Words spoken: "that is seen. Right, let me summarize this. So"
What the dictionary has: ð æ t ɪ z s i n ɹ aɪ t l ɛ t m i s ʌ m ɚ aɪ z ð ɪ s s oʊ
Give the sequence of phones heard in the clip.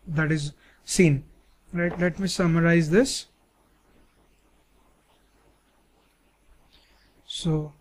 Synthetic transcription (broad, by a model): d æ t ɪ z s i n l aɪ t l ɛ t m i s ʌ m ɚ aɪ z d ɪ s s oʊ